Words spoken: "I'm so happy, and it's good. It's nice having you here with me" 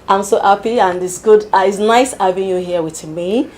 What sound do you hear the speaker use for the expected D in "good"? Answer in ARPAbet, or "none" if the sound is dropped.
D